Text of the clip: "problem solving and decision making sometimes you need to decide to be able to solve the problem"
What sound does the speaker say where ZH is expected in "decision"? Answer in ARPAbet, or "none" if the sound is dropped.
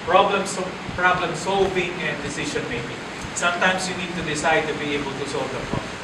SH